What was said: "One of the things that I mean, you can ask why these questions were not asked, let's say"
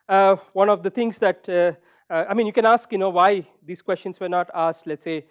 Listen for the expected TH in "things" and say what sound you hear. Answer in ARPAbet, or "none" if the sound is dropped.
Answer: T